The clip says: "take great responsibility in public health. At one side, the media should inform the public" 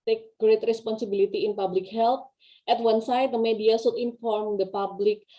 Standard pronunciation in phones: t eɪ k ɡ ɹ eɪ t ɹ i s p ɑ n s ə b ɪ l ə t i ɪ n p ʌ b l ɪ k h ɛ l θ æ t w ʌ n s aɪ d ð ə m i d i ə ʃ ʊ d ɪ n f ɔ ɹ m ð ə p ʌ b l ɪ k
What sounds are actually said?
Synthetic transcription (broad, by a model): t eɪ k ɡ ɹ eɪ t ɹ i s p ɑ n s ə b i l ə t i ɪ n p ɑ b l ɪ k h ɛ l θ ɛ t w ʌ n s aɪ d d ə m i d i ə s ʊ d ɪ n f ɔ ɹ m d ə p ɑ b l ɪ k